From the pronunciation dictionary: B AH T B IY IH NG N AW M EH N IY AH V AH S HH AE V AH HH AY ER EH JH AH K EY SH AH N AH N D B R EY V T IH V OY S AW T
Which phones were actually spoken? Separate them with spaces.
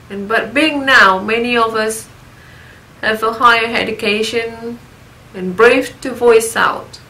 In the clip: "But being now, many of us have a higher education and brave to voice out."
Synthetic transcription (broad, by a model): B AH T B IY IH NG N AW M EH N IY AH V AH S HH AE V AH HH AY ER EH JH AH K EY SH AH N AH N B R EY F T IH V OY S AW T